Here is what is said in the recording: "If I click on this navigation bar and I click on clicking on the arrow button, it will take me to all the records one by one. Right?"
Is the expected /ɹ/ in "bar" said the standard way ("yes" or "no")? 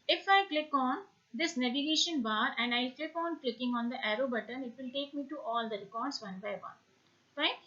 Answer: yes